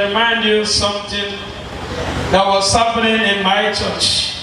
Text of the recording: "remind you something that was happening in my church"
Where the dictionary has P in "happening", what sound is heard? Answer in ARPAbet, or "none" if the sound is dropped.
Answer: F